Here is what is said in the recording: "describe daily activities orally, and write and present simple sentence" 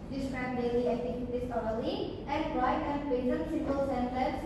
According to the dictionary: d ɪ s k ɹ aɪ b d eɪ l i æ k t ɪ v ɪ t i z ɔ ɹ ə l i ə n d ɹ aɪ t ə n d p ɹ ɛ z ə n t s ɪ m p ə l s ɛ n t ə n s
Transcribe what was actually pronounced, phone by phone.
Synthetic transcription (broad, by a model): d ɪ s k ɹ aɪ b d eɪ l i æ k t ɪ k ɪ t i s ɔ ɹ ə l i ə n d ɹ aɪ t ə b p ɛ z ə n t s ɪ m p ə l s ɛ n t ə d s